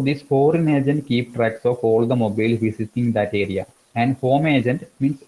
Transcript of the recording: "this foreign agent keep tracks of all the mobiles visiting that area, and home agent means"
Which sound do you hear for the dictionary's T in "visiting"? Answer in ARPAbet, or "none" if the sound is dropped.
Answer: S